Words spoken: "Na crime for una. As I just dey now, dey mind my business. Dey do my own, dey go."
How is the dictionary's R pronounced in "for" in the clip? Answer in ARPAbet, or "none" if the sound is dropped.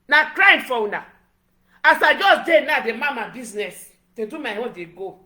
W